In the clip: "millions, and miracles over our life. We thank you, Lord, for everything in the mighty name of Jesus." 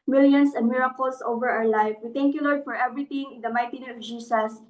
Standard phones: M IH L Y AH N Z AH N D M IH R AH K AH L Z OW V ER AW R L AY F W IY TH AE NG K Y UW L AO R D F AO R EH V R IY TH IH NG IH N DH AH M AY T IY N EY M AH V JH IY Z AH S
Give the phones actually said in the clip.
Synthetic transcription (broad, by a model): M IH L Y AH N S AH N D M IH R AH K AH L S OW V ER AW R L AY F W IY T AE NG K Y UW L AO R D F AO R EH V R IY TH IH NG IH N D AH M AY T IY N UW AH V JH IY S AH S